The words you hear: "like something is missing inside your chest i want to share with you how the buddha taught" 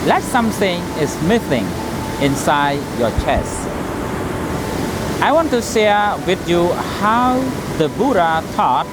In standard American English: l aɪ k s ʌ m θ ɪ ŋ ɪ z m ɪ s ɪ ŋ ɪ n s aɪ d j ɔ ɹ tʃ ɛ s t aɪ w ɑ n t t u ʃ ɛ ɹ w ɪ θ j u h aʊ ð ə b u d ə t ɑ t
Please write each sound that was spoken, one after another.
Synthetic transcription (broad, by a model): l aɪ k s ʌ m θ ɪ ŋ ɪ s m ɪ θ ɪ ŋ ɪ n s aɪ d j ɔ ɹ tʃ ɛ s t aɪ w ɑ n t t u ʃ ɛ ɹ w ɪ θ j u h aʊ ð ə b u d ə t ɑ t